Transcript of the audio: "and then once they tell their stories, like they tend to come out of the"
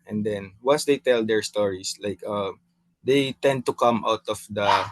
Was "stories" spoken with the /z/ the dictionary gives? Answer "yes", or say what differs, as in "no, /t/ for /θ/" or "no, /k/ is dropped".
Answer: no, /s/ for /z/